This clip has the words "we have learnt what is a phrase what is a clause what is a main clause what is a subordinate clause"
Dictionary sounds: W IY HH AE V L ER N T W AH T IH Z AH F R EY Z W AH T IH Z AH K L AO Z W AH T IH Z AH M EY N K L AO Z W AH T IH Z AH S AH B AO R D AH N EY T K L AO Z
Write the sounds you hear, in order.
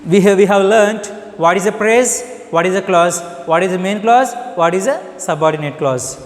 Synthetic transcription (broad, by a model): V IY HH AE V L ER N T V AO T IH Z AH P R EY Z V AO T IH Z AH K L AO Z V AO T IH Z AH M EY N K L AO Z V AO T IH Z AH S AH B AO R D AH N EY T K L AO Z